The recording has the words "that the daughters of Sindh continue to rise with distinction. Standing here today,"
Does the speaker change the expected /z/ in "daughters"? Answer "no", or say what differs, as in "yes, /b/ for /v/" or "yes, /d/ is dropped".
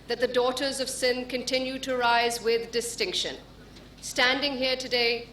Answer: no